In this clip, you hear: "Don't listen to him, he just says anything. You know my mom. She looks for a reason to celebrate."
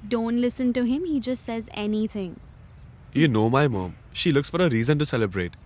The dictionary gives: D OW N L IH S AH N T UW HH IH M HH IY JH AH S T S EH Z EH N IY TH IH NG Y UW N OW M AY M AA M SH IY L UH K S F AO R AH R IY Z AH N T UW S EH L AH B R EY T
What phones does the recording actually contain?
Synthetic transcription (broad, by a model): D OW N L IH S AH N T UW HH IH M HH IY JH AH S T S EH Z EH N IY T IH NG Y UW N OW M AY M AA M SH IY L UH K S F AO R AH R IY Z AH N T UW S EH L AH B R EY T